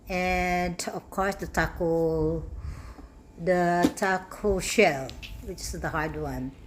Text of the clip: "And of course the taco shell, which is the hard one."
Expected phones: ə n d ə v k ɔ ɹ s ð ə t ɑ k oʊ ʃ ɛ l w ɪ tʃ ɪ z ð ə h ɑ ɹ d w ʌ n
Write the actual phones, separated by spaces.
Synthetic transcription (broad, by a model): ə n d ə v k ɔ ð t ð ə t ɑ k oʊ ʃ ɛ l w ɪ tʃ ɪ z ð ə h ɑ ɹ d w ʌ n